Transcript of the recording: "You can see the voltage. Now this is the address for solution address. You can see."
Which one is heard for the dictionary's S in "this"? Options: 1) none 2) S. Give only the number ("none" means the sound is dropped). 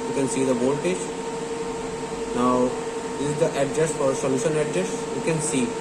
1